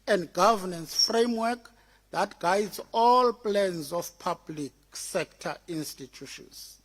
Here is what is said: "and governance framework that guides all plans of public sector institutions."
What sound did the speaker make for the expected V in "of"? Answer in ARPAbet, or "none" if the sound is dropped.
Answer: F